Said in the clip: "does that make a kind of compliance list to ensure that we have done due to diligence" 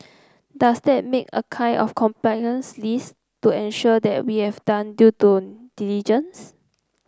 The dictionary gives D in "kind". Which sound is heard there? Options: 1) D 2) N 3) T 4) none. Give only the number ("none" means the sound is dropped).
4